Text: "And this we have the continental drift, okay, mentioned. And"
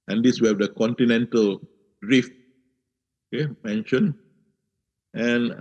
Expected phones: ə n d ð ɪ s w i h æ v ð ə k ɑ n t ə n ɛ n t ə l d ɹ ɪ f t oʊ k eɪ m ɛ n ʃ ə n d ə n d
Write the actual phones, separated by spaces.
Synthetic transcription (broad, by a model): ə n d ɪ s w i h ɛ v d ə k ɑ n t ə n ɛ n t ə l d ɹ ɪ f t oʊ k eɪ m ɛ n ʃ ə n ə n